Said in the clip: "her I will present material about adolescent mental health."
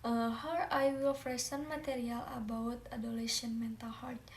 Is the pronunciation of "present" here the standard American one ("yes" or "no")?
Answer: no